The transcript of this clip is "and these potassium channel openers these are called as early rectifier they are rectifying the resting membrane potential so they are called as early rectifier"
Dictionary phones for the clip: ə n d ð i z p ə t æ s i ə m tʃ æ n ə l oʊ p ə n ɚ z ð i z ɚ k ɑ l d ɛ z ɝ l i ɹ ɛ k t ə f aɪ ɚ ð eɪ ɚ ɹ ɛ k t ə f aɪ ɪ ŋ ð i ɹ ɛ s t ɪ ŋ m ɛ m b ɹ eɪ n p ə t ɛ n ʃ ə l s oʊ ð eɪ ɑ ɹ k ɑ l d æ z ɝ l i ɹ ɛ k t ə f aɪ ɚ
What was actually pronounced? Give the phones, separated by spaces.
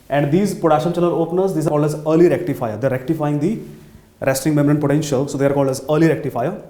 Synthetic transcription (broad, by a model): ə n d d i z p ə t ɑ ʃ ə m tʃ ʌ l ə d oʊ p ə n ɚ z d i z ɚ k ɑ l d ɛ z ɝ l i ɹ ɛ k t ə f aɪ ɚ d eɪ ɹ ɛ k t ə f aɪ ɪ ŋ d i ɹ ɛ s t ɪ ŋ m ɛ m ɹ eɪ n p ə t ɛ n ʃ ə l s oʊ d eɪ ɑ ɹ k ɑ l d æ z ɝ l i ɹ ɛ k t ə f aɪ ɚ